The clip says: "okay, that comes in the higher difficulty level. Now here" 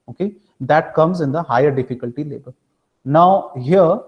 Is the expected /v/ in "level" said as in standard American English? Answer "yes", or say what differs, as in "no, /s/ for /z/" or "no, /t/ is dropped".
no, /b/ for /v/